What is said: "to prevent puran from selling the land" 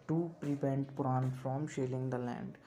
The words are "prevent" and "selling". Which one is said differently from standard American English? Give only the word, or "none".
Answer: selling